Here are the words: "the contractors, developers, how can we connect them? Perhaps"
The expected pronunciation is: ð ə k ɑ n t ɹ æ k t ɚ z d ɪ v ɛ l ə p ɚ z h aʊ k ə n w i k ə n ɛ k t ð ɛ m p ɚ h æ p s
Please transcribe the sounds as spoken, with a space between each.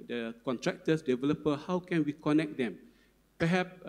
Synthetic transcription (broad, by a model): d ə k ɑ n t ɹ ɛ k t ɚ s d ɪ v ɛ l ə p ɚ h aʊ k ə n w i k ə n ɛ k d ɛ m p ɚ h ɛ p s